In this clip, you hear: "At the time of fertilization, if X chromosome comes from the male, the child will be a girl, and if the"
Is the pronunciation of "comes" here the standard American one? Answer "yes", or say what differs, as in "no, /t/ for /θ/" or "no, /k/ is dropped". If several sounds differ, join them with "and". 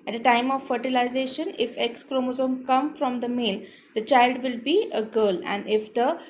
no, /z/ is dropped